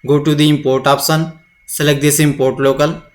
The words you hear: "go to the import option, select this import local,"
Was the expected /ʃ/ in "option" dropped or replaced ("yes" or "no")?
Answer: yes